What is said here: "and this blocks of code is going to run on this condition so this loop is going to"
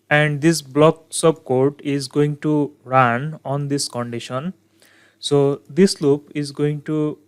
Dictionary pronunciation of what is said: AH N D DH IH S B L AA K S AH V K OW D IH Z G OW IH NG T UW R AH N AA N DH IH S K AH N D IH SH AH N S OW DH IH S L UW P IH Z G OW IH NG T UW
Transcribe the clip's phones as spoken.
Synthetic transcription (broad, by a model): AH N D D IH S B L AA K S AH B K OW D IH Z G OW IH NG T UW R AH N AA N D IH S K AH N D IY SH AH N S OW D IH S L UW P IH Z G OW IH NG T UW